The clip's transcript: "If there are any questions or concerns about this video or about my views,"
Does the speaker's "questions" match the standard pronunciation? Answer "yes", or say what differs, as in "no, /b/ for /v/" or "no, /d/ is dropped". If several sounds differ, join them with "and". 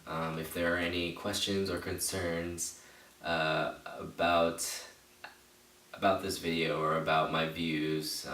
yes